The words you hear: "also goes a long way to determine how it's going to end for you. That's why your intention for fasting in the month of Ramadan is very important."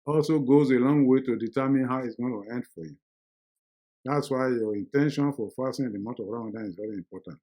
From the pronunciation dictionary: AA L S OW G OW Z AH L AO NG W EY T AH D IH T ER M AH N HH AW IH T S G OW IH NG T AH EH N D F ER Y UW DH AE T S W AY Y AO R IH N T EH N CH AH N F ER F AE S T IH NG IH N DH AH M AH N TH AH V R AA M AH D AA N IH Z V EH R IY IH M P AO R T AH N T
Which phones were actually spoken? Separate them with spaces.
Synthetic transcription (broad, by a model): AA L S OW G OW Z AH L AO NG W EY T AH D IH T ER M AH N HH AW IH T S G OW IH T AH EH N D F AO Y UW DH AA T S W AY Y AO R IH N T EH N SH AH N F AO F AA S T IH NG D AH M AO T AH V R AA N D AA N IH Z V EH R IY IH M P AO T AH N T